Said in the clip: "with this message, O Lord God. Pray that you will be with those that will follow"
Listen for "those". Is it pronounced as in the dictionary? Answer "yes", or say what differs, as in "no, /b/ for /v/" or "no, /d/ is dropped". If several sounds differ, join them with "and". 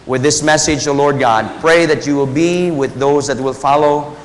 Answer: yes